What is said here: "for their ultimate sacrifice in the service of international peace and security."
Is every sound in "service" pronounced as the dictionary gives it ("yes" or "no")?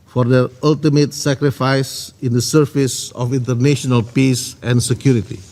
no